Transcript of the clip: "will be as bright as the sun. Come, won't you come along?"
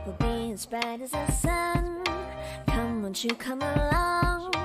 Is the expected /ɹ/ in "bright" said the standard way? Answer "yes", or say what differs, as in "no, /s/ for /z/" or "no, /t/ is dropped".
no, /ɹ/ is dropped